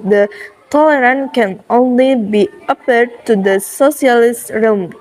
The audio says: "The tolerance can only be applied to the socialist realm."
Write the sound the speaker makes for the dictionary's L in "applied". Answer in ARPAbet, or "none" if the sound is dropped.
none